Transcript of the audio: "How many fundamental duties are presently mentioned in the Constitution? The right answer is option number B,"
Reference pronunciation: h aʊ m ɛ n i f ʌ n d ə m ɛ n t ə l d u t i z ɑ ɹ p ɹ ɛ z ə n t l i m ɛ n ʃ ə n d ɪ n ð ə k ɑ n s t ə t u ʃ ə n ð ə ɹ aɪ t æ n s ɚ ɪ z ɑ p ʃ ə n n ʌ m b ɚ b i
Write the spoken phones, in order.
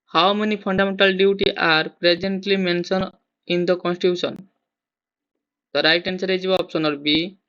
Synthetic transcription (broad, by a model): h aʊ m ɛ n i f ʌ n d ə m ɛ n t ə l d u t i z ɑ ɹ p ɹ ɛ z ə n t l i m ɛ n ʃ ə n ɪ n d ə k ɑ n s t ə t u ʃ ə n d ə ɹ aɪ t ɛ n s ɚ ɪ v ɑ p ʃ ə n n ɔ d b b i